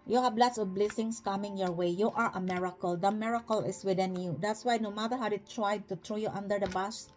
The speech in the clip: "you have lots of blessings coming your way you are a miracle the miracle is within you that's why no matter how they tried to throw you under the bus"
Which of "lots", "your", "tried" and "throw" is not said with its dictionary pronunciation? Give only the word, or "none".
throw